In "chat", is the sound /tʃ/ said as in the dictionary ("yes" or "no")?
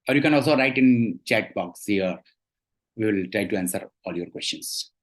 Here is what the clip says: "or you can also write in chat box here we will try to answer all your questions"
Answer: yes